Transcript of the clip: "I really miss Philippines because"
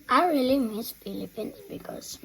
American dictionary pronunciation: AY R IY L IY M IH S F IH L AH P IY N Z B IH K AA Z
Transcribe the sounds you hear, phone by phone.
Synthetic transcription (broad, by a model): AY R IY L IY M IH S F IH L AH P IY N B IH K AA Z